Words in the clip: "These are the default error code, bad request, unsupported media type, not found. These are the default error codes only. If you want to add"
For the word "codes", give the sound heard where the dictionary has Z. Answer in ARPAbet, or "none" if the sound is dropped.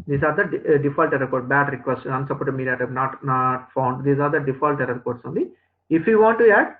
S